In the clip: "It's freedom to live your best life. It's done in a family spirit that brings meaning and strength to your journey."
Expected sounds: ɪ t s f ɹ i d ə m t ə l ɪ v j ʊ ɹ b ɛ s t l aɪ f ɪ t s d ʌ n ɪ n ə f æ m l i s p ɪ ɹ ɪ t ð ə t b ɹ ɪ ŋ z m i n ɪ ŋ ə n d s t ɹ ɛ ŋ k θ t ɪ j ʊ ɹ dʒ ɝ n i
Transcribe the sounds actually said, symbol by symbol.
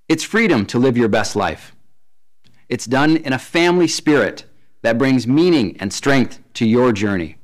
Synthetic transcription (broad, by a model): ɪ t s f ɹ i d ə m t ə l ɪ v j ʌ ɹ b ɛ s t l aɪ f ɪ t s d ʌ n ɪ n ə f æ m l i s p ɪ ɹ ɪ t ð ə t b ɹ ɪ ŋ z m i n ɪ ŋ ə n s t ɹ ɛ ŋ k θ t ɪ j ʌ ɹ dʒ ɝ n i